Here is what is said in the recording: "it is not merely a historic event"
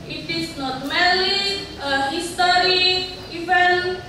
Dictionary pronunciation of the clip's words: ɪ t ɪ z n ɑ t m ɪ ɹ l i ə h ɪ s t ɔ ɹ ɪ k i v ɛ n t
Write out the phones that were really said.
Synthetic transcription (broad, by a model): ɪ t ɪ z n ɑ t m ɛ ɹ l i ə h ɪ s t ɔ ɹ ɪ i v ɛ n